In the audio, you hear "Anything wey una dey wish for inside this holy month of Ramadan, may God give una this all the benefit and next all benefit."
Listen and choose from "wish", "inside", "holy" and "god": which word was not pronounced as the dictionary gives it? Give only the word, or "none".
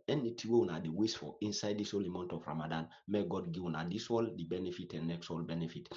wish